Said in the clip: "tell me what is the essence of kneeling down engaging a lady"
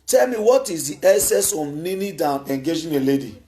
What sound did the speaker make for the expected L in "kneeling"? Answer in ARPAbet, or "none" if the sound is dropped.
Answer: N